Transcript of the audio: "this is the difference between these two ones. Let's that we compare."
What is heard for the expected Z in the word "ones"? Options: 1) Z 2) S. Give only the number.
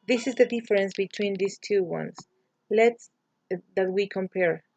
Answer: 2